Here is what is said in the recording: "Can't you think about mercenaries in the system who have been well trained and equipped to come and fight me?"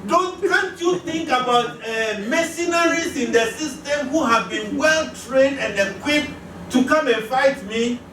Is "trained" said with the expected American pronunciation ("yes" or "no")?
yes